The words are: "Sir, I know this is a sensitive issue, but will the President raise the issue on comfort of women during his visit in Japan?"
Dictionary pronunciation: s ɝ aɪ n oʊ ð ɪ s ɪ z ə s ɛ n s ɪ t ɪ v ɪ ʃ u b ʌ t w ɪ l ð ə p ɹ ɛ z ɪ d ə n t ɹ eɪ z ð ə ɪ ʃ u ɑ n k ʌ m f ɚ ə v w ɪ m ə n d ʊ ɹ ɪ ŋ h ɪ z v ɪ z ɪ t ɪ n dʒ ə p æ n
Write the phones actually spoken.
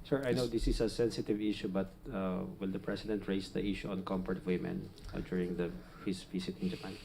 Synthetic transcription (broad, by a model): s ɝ aɪ n oʊ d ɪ s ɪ s ə s ɛ n s ɪ t ɪ v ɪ ʃ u b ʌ t w ɪ l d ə p ɹ ɛ s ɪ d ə n t ɹ eɪ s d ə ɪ ʃ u ɑ n k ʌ m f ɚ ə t w ɪ m ə n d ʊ ɹ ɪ ŋ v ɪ s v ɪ s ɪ t ɪ n dʒ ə p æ n